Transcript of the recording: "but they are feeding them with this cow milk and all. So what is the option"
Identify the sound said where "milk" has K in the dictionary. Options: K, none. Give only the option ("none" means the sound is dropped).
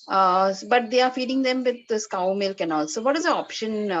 K